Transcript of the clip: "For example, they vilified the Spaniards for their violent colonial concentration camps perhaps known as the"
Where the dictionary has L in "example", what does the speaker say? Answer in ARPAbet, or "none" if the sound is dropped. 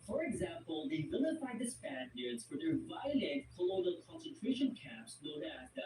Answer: L